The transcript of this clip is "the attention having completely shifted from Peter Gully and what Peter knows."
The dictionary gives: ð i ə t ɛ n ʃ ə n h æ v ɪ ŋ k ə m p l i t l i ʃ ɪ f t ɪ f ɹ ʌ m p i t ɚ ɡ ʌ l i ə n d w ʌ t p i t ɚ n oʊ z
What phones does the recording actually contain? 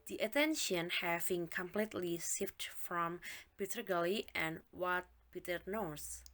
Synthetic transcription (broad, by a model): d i ə t ɛ n ʃ ə n h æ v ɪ ŋ k ə m p l i t l i s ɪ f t f ɹ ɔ m p i t ɚ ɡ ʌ l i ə n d w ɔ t p i t ɚ n oʊ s